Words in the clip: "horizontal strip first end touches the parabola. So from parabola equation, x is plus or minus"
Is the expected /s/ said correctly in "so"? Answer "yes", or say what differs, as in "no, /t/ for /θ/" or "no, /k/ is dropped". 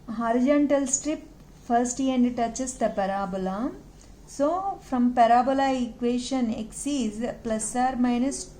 yes